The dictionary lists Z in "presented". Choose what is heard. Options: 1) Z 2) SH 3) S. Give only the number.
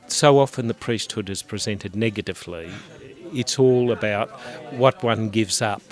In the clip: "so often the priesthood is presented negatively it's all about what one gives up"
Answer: 1